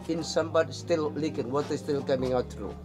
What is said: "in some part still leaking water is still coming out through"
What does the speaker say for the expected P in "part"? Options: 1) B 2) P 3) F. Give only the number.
1